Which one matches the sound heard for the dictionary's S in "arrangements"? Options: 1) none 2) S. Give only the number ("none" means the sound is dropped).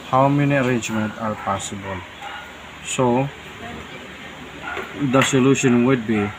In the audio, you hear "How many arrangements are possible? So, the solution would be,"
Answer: 1